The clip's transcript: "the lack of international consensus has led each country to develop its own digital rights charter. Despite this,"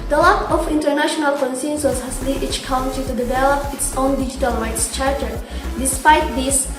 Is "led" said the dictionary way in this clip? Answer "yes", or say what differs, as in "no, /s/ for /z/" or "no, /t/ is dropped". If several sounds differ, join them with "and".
no, /d/ is dropped